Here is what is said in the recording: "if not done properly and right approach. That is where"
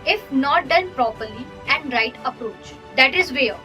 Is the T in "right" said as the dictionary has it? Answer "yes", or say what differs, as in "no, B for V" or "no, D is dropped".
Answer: yes